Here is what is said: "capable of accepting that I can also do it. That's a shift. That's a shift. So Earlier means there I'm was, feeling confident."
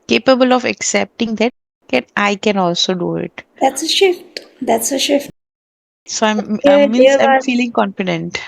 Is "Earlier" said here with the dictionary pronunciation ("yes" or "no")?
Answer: no